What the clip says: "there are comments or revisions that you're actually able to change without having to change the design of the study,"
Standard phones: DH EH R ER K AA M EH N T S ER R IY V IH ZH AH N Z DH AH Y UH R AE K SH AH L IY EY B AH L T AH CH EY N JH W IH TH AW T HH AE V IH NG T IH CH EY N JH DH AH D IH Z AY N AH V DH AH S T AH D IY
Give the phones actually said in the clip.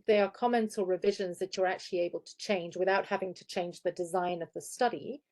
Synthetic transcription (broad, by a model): DH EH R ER K AA M EH N T S ER R IY V IH ZH AH N Z DH AH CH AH R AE K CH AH L IY EY B AH L T AH CH EY N JH W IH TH AW T HH AE V IH NG T IH CH EY N JH DH AH D IH Z AY N AH V DH AH S T AH D IY